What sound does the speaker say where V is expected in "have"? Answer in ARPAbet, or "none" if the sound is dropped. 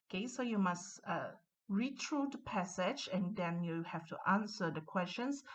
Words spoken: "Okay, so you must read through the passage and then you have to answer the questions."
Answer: F